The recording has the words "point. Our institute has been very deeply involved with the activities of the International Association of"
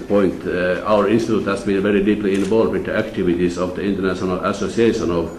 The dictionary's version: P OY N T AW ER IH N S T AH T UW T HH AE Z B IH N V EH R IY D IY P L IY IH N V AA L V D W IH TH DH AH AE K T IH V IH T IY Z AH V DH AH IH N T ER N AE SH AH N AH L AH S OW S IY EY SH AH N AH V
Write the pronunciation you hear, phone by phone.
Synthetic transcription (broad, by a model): P OY N T AW ER IH N S T AH T UW T HH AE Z B IH N V EH R IY D IY P L IY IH N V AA L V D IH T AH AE K T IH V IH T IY S AH V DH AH IH N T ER N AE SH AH N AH L AH S OW S IY EY SH AH N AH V